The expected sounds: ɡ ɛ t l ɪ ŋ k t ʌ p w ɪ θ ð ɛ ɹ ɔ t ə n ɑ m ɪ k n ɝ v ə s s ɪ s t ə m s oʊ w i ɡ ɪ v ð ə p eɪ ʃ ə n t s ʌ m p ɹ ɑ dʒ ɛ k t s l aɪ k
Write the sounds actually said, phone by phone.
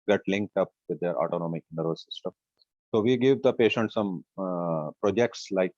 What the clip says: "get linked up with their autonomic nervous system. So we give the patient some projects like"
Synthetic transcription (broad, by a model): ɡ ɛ t l ɪ ŋ k t ʌ p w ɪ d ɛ ɹ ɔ t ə n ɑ m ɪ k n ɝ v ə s s ɪ s t ə m s oʊ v i ɡ ɪ v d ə p eɪ ʃ ə n t s ʌ m p ɹ ɑ dʒ ɛ k t s l aɪ k